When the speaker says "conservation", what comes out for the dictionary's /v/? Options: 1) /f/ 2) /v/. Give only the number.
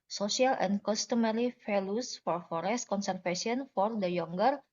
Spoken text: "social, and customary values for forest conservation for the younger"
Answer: 1